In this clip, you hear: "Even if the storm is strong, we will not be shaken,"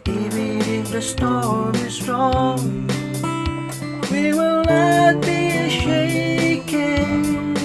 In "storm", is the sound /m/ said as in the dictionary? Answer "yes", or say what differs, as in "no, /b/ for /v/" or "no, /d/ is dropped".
no, /m/ is dropped